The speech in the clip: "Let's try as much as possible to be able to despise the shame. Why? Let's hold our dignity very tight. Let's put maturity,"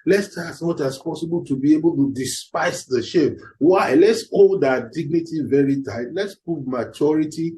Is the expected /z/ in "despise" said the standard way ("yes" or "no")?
no